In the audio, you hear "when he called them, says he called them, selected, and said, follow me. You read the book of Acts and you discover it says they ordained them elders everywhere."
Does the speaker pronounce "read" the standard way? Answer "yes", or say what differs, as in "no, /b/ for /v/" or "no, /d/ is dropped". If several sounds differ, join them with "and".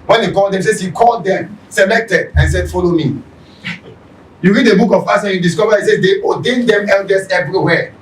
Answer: yes